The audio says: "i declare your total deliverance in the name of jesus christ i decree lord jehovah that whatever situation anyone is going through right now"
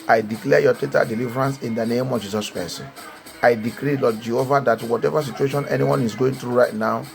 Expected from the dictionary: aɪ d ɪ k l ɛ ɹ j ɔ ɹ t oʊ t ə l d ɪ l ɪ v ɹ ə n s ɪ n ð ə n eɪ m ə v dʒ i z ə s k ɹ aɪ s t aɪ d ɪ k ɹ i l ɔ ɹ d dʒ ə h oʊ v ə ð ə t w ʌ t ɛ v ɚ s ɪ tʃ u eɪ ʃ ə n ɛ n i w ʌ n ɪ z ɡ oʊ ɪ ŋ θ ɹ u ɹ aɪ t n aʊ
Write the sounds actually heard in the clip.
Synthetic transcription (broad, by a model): aɪ d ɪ k l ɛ j ɔ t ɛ t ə d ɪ l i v ɹ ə n s ɪ n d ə n eɪ m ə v dʒ i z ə s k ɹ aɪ s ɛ aɪ d ɪ k ɹ i l ɔ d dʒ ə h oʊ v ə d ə t w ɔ t ɛ v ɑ s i tʃ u eɪ ʃ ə n ɛ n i w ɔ n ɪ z ɡ oʊ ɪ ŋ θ ɹ u ɹ aɪ t n aʊ